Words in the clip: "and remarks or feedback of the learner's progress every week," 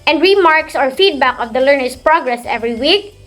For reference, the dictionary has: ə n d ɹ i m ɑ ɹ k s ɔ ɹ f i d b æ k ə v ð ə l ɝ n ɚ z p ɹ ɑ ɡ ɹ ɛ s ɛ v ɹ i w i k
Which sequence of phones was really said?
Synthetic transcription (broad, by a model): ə n d ɹ i m ɑ ɹ k s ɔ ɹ f i d b æ k ə v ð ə l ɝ n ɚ s p ɹ ɑ ɡ ɹ ɛ s ɛ v ɹ i w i k